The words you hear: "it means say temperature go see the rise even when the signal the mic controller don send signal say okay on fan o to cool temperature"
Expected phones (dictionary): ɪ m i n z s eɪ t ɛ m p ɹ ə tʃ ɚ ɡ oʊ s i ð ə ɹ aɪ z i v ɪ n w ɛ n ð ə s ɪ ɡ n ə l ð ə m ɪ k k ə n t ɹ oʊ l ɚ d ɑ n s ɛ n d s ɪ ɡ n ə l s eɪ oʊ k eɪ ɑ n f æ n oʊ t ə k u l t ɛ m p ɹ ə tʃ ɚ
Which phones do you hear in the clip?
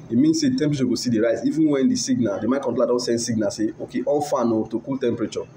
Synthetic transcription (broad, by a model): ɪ m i n s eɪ t ɛ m p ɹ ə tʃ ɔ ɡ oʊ s i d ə ɹ aɪ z i v ɪ n w ɛ n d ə s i ɡ n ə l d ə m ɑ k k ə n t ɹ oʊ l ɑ d ɑ n s ɛ n d s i ɡ n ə s eɪ oʊ k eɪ ɑ l f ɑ n oʊ t ə k u l t ɛ m p ɹ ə tʃ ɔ